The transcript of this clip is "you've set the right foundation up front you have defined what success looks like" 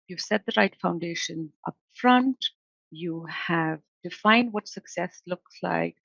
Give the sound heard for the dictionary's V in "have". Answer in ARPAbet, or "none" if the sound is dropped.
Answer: V